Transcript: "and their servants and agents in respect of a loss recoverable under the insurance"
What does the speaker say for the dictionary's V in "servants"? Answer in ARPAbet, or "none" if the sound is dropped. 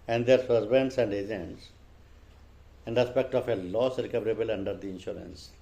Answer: B